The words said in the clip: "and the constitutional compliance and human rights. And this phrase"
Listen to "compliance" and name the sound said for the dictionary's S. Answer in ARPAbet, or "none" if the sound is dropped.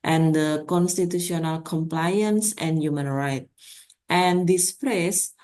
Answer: S